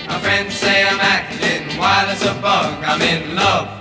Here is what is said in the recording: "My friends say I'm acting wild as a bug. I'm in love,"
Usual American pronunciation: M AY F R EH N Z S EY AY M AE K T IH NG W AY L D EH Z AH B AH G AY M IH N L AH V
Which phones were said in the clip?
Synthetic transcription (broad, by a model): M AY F R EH N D S EY AY M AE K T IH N W AY L IH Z AH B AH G AY M IH N L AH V